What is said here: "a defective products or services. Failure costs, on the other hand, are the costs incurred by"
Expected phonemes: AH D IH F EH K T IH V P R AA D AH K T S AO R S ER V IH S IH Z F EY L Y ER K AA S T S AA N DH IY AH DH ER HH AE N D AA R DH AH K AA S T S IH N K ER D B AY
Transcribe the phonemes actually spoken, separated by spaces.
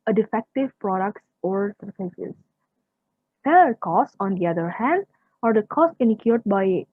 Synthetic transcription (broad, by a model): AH D IH F EH K T IH V P R AA D AH K T S AO R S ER F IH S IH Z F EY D K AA S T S AA N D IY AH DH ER HH AE N D AA R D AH K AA S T IH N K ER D B AY